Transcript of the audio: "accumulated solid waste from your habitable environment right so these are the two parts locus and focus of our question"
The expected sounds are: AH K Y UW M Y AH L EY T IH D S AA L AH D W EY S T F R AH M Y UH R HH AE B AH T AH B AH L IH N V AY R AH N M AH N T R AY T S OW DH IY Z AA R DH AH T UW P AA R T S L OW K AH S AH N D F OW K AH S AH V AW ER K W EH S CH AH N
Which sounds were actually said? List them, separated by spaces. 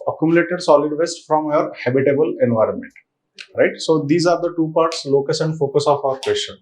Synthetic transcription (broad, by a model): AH K Y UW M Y L EY T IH D S AA L AH D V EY S T F R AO M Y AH R HH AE B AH T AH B AH L IH N V AY R AH N M AH N T R AY T S OW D IY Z AA R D AH T UW P AA R T S L OW K AH S AH N D F OW K AH S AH F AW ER K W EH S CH AH N